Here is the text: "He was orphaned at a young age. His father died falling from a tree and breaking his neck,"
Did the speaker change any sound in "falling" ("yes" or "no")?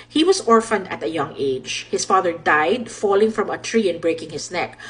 no